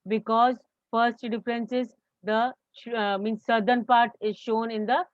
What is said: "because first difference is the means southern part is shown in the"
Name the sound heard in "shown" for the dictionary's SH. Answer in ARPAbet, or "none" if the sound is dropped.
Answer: SH